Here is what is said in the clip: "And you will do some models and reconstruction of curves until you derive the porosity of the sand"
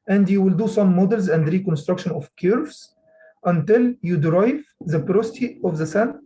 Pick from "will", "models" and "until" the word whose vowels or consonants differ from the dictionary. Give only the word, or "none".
none